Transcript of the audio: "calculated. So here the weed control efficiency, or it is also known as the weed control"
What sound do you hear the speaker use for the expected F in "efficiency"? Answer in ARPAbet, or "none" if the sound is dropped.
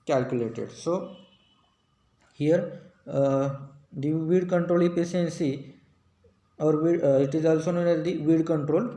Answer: P